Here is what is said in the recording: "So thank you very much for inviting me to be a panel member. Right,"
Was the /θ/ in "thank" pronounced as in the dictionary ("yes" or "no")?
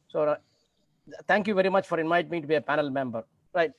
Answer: no